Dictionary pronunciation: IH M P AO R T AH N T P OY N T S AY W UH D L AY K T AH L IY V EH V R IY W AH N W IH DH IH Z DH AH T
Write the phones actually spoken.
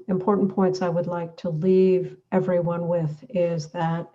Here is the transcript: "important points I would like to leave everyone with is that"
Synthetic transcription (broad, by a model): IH M P AO R T N P OY N T S AY W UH D L AY K T AH L IY V EH V R IY W AH N W IH DH IH Z DH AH T